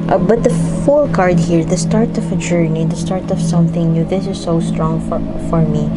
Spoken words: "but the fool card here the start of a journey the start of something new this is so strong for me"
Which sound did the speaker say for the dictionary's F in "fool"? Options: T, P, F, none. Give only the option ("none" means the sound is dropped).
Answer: F